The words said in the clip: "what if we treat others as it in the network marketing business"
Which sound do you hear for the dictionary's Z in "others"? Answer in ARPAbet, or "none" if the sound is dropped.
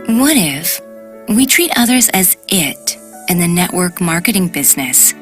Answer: Z